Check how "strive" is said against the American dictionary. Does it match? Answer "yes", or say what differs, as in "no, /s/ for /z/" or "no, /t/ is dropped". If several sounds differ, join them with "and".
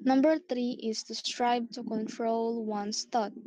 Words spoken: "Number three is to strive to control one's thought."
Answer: no, /b/ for /v/